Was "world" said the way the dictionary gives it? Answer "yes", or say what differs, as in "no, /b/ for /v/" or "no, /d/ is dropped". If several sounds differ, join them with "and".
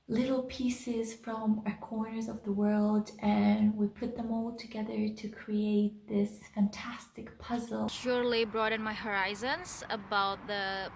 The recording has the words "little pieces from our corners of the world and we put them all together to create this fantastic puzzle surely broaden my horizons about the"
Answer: yes